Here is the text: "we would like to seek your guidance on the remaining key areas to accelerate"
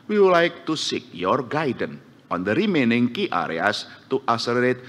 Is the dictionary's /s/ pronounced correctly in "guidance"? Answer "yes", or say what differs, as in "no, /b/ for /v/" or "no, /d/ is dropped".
no, /s/ is dropped